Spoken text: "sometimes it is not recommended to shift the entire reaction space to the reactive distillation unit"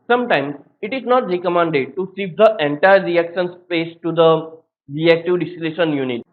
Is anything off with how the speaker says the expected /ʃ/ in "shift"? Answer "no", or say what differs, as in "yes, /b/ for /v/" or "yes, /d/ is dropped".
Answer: yes, /s/ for /ʃ/